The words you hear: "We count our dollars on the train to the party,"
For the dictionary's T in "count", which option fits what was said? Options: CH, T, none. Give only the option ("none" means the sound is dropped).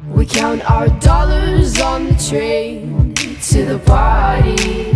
T